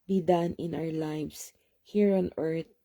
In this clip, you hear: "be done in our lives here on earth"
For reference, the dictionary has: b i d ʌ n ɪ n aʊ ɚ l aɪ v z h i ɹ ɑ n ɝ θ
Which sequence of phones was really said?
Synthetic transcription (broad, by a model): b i d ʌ n ɪ n aʊ ɚ l aɪ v s h i ɹ ɑ n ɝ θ